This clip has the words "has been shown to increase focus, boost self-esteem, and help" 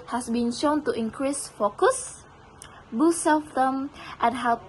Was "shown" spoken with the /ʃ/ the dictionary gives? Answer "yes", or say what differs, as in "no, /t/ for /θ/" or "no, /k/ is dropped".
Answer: yes